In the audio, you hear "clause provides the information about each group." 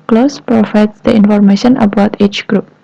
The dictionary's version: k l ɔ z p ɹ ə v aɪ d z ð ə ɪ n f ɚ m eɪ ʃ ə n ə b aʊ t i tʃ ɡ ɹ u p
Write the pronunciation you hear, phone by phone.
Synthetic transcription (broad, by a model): k l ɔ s p ɹ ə f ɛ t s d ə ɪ n f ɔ m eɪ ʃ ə n ə b aʊ t i tʃ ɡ ɹ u p